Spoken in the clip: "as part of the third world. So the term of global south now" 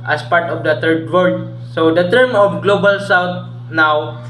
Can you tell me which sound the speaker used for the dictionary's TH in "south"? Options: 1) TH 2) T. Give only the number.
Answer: 2